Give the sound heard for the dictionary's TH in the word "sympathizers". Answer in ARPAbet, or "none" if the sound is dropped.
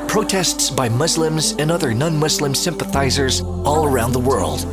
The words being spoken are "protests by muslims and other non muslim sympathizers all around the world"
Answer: TH